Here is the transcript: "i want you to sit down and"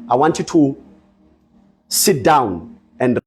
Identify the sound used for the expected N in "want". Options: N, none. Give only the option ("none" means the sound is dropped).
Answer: N